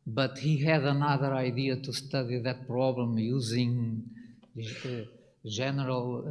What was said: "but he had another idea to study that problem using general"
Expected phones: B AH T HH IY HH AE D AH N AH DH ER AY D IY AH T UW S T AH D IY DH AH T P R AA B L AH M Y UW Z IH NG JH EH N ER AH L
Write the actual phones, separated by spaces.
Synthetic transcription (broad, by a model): B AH T HH IY HH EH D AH N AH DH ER AY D IY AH T UW S T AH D IY DH AH T P R AA B L AH M Y UW Z IH NG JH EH N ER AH L